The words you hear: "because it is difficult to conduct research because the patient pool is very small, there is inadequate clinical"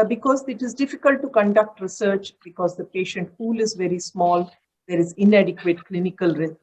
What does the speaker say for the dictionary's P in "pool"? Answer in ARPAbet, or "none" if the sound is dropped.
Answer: F